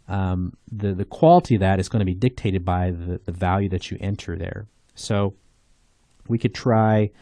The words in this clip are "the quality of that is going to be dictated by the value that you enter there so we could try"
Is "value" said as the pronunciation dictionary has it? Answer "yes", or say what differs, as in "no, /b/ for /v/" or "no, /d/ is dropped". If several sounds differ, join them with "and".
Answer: yes